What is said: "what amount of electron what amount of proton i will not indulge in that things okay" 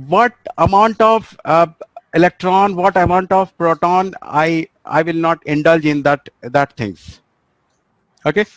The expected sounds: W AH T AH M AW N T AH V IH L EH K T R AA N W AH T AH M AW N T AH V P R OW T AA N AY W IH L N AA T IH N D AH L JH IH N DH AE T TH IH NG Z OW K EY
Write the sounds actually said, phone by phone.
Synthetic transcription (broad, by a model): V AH T AH M AW N T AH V IH L EH K T R AA N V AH T AH M AW N T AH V P R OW T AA N AY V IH L N AA T IH N D AH L JH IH N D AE T T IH NG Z OW K EY